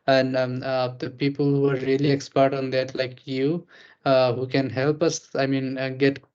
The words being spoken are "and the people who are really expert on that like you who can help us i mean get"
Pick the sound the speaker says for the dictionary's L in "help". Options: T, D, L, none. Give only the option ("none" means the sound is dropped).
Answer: L